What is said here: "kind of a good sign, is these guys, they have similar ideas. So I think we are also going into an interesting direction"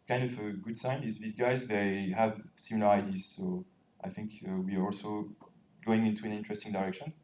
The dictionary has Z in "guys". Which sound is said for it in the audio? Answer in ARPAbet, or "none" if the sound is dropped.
Z